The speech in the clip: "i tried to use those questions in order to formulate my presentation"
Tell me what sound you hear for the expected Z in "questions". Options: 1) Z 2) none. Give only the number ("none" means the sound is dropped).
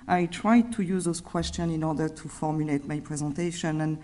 2